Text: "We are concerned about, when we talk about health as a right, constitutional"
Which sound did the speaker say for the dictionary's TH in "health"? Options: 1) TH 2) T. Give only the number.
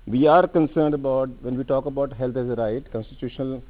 2